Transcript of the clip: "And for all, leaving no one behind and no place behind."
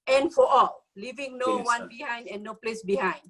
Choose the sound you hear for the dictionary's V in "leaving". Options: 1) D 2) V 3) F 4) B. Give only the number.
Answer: 2